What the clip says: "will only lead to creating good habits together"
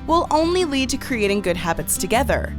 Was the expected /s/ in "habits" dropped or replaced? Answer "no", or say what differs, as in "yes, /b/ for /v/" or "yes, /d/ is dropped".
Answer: no